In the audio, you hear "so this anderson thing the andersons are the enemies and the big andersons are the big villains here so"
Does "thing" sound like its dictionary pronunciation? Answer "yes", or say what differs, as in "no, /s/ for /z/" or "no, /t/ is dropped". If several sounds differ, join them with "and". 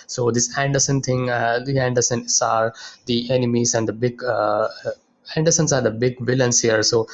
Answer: no, /t/ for /θ/